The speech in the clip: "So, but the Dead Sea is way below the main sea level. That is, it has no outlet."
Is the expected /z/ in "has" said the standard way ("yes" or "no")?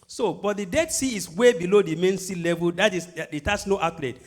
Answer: no